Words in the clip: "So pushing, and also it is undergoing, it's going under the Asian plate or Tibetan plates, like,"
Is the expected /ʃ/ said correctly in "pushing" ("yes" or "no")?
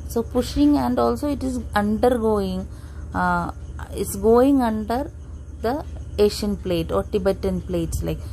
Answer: yes